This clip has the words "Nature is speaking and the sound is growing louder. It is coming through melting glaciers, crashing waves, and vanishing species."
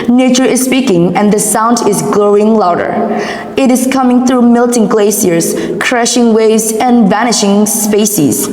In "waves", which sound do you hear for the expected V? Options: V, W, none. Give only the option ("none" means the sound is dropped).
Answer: V